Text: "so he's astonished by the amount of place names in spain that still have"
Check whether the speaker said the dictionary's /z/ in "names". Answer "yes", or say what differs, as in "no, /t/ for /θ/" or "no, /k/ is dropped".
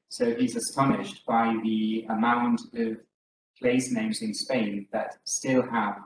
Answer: yes